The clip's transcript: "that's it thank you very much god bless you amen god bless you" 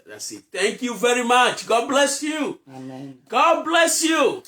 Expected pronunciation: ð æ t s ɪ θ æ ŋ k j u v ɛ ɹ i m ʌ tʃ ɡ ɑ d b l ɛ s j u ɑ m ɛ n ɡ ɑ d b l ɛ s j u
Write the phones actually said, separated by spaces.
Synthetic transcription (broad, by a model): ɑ s ɪ t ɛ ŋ k j u v ɛ ɹ i m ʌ tʃ ɡ ɑ d b l ɛ s j u ɡ ɑ d b l ɛ s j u